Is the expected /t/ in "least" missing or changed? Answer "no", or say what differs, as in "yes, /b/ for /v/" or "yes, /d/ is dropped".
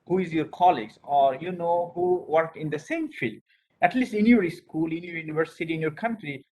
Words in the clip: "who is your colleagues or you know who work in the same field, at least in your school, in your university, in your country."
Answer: no